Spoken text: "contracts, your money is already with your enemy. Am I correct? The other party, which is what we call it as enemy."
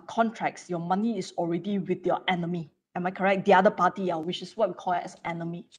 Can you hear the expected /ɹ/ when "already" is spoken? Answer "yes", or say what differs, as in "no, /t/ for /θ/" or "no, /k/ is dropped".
yes